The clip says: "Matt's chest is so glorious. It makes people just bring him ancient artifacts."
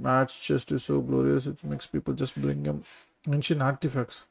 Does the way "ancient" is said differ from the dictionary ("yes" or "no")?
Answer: yes